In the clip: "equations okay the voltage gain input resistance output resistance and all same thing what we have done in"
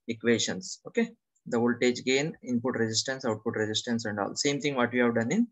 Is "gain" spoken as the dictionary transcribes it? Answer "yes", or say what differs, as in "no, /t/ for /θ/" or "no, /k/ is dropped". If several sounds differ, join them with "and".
yes